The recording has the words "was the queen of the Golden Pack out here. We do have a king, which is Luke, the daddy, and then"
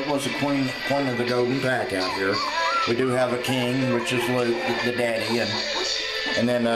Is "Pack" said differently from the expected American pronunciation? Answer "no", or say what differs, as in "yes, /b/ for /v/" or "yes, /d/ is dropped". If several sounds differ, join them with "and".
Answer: no